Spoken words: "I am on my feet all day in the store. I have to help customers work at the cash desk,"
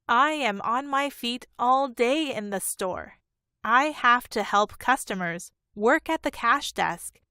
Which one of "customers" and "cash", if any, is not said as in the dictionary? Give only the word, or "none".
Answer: none